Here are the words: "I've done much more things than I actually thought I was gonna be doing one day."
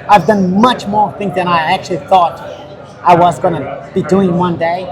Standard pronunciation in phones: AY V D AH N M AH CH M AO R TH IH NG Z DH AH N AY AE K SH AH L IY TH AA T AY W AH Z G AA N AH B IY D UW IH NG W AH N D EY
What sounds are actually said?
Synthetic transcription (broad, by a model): AY V D AH N M AH CH M AO R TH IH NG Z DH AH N AY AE K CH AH L IY TH AA T AY W AH Z G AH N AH B IY D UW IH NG W AH N D EY